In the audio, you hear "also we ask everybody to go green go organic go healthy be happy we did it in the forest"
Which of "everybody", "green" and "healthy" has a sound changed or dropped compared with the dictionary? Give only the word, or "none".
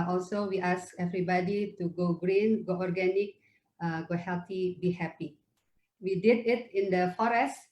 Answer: healthy